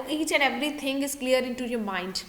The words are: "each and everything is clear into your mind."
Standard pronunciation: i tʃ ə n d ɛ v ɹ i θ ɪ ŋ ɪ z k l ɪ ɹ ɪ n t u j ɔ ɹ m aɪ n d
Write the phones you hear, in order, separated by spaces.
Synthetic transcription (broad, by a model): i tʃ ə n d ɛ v ɹ i t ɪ ŋ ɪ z k l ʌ ɹ ɪ n t u j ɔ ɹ m aɪ n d